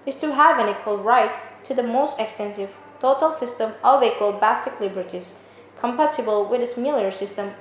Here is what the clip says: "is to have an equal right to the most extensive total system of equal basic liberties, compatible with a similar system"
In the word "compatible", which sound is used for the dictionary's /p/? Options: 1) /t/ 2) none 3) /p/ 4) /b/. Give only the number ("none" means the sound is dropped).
3